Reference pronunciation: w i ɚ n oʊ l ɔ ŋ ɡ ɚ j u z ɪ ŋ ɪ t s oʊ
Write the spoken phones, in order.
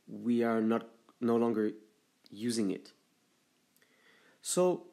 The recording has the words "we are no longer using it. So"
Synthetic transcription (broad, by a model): w i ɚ n oʊ l ɔ ŋ ɡ ɚ j u z ɪ ŋ ɪ t s oʊ